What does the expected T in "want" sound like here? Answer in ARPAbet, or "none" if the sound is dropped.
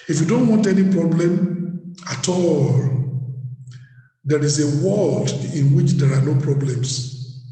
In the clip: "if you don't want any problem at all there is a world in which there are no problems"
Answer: T